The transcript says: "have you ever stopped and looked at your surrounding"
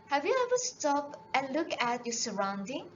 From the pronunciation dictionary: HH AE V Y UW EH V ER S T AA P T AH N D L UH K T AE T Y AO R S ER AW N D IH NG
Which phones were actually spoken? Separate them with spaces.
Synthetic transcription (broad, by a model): HH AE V Y UW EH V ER S T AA P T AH N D L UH K AE T Y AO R S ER AW N D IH NG